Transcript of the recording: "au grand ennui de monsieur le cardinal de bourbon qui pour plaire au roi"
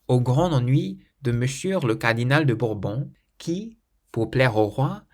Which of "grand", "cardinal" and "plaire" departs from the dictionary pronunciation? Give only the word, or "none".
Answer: grand